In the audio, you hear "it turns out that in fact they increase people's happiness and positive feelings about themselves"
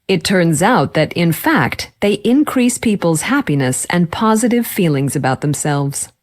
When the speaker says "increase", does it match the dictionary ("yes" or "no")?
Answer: yes